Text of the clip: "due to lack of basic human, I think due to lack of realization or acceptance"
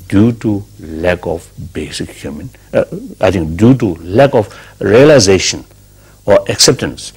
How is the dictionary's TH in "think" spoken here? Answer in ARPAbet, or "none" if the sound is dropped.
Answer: T